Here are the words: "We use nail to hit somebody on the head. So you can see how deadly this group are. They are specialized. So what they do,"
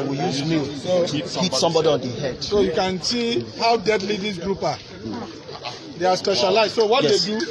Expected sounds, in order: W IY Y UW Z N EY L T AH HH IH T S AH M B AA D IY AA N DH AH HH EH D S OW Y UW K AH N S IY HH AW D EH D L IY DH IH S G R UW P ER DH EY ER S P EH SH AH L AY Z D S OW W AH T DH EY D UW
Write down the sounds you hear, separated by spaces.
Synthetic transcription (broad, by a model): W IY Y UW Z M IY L S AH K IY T S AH M B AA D IY AA N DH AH HH EH D S OW Y UW K AH N S IY HH AW D EH D L IY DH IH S G R UW P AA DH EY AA S P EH SH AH L AY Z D S OW W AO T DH EY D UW